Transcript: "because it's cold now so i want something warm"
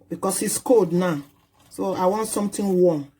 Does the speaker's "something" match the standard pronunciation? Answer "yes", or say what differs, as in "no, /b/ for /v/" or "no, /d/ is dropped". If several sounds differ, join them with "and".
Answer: no, /t/ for /θ/